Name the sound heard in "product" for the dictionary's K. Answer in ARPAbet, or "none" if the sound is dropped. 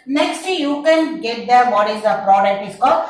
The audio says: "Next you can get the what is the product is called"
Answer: none